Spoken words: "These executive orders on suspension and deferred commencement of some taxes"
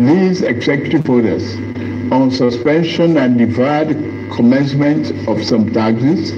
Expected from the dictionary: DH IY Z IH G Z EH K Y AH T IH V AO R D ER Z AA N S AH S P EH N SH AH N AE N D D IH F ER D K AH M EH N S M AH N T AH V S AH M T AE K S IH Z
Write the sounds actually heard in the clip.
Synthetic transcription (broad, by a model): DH IY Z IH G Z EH K Y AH T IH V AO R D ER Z AA N S AH S P EH N SH AH N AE N D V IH IH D K AH M EH N S M AH N T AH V S AH M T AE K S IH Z